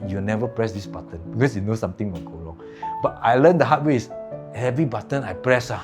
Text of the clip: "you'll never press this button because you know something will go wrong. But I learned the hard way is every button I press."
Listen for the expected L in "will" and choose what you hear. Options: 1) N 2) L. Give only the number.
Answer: 1